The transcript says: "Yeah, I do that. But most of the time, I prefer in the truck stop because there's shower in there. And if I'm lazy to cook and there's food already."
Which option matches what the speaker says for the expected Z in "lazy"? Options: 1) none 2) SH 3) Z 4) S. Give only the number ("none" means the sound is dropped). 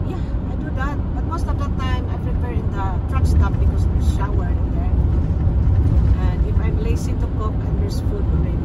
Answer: 4